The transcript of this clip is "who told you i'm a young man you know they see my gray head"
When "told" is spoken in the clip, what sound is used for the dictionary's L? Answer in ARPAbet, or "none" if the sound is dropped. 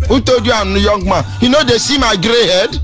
none